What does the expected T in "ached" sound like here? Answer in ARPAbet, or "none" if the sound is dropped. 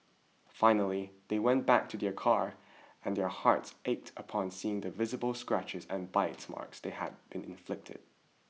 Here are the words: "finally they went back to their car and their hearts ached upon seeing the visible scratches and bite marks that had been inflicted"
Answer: T